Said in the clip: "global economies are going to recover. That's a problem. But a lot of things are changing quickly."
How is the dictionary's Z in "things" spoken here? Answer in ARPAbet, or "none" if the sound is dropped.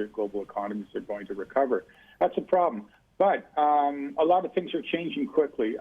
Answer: Z